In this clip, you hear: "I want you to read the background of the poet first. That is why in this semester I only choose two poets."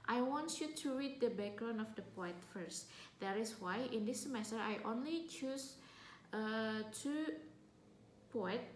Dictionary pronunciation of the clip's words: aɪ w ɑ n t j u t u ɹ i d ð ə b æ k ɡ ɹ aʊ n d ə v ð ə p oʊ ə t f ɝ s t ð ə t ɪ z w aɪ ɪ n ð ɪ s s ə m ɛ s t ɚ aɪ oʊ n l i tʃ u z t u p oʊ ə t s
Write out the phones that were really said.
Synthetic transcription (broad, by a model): aɪ w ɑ n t j u t u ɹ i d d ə b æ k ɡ ɹ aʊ n ə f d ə p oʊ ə t f ɝ s t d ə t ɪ s w aɪ ɪ n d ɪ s s ə m ɛ s t ɚ aɪ oʊ n l i tʃ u s t u p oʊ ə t